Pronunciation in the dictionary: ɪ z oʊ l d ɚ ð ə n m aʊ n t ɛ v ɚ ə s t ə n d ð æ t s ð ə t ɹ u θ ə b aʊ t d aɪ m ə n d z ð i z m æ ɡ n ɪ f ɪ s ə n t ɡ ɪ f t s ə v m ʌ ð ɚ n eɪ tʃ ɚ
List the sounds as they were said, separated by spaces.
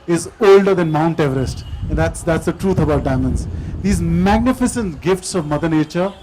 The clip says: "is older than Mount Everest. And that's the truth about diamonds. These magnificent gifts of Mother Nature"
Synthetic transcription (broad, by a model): ɪ z oʊ l d ɚ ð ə n m aʊ n t ɛ v ɚ ə s t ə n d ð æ t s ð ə t ɹ u t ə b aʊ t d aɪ m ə n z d i z m æ ɡ n ɪ f ɪ s ə n t ɡ ɪ f t s ə v m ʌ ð ɚ n eɪ tʃ ɚ